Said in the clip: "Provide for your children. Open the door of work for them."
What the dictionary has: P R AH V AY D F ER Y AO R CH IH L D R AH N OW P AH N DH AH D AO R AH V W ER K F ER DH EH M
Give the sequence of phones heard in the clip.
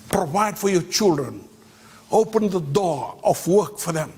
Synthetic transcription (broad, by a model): P R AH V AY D F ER Y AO CH IH L D R AH N OW P AH N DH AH D AO R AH F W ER K F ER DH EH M